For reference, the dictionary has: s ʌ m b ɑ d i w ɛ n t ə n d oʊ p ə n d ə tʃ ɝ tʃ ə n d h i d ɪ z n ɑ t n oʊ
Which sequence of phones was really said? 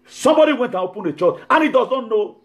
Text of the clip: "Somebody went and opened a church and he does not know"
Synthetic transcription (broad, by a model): s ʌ m b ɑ d i w ɛ n t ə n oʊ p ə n ə tʃ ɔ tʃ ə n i d ɪ z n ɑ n oʊ